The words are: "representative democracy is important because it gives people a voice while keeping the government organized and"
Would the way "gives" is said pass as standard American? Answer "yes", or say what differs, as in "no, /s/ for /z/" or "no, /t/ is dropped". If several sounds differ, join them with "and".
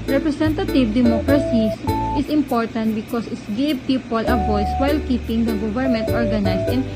no, /z/ is dropped